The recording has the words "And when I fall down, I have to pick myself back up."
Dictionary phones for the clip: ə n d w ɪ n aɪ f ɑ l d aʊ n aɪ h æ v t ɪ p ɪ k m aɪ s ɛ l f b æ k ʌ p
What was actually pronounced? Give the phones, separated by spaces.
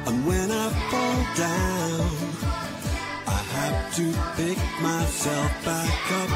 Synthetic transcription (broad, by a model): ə n w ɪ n aɪ f ɑ l d aʊ n aɪ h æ f t ɪ p ɪ k m aɪ s ɛ l f b æ k ʌ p